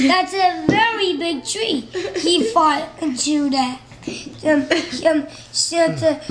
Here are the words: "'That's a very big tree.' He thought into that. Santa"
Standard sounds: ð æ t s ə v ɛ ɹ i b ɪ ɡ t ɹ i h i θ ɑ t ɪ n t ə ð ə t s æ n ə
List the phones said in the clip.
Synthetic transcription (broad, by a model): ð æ t s ə v ɛ ɹ i b ɪ ɡ t ɹ i h i f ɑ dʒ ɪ t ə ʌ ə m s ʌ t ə